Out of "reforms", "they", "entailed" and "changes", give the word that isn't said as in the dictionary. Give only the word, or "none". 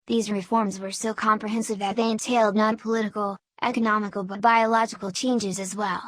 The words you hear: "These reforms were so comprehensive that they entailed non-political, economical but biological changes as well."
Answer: none